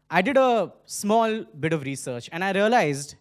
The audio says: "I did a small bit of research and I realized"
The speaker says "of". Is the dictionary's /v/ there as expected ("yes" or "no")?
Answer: yes